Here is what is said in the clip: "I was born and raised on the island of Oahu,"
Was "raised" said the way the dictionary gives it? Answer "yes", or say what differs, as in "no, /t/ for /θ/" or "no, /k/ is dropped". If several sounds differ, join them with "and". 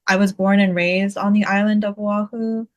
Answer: yes